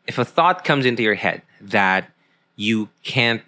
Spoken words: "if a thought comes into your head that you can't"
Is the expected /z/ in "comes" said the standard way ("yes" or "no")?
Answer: yes